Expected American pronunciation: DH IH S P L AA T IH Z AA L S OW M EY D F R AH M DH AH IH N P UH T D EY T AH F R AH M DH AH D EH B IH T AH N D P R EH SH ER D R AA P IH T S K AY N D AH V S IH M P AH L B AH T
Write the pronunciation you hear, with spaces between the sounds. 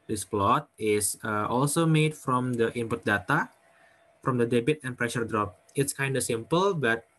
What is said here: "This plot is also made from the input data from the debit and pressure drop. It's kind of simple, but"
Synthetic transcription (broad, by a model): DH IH S P L AA T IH S AA L S OW M EY D F R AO M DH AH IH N P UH T D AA T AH F R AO M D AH D EH B IH T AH N P R EH SH ER D R AA P IH T S K AY N D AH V S IH M P AH L B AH T